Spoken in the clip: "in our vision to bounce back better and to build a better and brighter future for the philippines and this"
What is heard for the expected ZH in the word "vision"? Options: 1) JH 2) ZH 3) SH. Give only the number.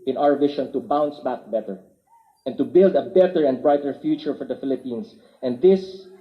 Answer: 3